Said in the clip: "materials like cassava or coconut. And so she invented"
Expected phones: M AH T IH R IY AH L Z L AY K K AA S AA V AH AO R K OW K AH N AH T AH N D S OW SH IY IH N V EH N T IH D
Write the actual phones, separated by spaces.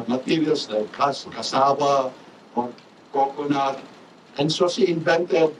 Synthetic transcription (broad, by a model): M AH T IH R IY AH L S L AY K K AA S AA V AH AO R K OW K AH N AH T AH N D S OW S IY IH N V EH N T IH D